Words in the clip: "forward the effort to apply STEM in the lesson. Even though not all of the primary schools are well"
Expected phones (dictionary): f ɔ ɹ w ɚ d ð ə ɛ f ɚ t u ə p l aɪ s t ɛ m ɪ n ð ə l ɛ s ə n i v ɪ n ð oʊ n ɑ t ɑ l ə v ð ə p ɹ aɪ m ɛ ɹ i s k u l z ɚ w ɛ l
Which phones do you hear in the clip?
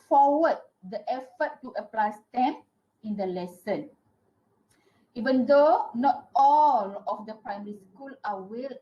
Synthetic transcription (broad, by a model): f ɔ w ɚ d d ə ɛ f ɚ t u ə p l aɪ s t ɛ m ɪ n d ə l ɛ s ə n i v ɪ n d oʊ n ɑ t ɑ l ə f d ə p ɹ aɪ m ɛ ɹ i s k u l ɑ w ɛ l